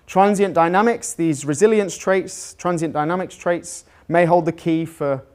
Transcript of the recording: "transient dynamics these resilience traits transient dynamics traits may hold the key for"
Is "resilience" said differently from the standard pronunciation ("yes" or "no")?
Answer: no